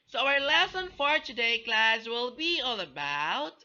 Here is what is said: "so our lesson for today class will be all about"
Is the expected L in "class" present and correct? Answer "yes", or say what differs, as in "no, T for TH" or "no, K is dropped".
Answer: yes